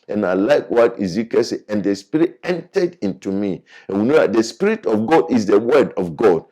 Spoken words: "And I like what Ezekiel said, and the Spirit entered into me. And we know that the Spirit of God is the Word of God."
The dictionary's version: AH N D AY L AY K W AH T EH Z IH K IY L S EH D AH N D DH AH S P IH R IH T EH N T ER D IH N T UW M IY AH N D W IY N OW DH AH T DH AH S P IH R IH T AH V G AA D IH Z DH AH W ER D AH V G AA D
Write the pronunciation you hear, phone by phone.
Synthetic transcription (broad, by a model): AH N AY L AY K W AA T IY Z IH K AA S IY AH N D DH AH S P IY R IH T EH N T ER D IH N T UW M IY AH N W IY N OW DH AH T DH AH S P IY R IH T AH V G AA D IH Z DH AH W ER D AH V G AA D